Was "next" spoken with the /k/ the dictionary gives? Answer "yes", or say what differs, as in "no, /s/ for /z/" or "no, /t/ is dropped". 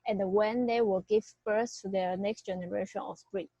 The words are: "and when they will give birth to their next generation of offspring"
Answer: yes